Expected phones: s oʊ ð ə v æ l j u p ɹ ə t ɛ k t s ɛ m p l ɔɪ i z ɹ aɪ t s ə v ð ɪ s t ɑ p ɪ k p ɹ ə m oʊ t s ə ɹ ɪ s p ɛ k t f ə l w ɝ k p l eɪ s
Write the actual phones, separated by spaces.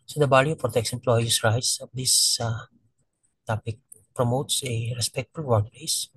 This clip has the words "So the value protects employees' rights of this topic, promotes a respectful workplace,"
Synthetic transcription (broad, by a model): s oʊ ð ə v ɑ l j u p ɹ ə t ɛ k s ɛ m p l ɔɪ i s ɹ aɪ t s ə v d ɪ s t ɑ p ɪ k p ɹ ə m oʊ t s ə ɹ ɪ s p ɛ k t f ə l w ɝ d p l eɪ s